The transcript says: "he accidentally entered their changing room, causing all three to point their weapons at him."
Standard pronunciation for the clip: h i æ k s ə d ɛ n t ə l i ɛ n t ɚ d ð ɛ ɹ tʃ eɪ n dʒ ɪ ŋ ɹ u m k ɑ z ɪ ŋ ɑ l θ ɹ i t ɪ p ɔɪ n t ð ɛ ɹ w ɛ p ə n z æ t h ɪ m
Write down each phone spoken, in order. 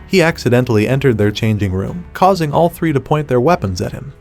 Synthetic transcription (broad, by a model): h i æ k s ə d ɛ n t l i ɛ n t ɚ d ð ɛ ɹ tʃ eɪ n dʒ ɪ ŋ ɹ u m k ɑ z ɪ ŋ ɑ l θ ɹ i t ɪ p ɔɪ n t ð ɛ ɹ w ɛ p ə n z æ t h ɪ m